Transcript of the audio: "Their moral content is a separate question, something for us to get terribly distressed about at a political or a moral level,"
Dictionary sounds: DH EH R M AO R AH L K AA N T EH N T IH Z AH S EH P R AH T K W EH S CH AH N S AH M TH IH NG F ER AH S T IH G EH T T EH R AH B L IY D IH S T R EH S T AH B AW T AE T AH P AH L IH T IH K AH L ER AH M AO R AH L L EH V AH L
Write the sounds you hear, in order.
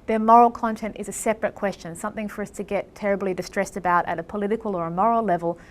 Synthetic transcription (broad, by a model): DH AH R M AO R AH L K AA N T EH N T IH Z AH S EH P R AH T K W EH S CH AH N S AH M TH IH NG F ER AH S T IH G EH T T EH R AH B L IY D IH S T R EH S T AH B AW T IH T AH P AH L IH T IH K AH L ER AH M AO R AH L L EH V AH L